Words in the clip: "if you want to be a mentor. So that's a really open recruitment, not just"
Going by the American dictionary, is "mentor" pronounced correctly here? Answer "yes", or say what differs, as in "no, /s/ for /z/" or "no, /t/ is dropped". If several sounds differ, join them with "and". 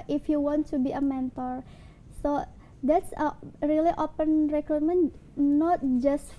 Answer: yes